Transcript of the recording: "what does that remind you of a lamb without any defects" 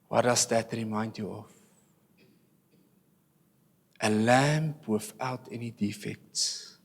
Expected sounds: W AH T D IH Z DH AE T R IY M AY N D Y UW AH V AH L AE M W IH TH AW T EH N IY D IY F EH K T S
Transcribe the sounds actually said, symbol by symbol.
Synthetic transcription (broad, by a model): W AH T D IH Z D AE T R IY M AY N D Y UW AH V AH L AE M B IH F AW T EH N IY D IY F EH K T S